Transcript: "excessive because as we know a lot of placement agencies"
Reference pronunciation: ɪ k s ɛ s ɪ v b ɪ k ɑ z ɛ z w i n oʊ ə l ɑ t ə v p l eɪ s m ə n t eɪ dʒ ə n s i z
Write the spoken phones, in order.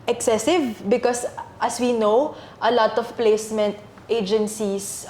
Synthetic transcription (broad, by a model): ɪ k s ɛ s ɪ v b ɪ k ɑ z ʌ s w i n oʊ ə l ɑ t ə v p l eɪ s m ə n t eɪ dʒ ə n s i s